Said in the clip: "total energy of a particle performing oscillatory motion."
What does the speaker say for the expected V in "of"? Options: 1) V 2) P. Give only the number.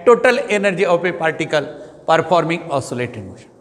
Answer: 2